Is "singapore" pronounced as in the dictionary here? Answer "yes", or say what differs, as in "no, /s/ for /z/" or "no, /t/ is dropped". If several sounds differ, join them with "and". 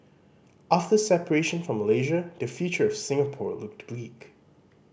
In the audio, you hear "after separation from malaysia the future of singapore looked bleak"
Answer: yes